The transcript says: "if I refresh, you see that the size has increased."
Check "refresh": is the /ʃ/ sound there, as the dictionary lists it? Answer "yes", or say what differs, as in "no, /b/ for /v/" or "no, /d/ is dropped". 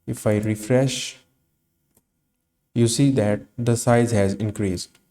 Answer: yes